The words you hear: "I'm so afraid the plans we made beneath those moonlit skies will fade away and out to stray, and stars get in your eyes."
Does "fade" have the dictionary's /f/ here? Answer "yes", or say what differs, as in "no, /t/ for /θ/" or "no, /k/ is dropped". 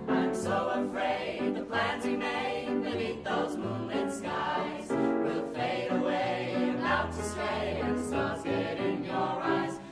yes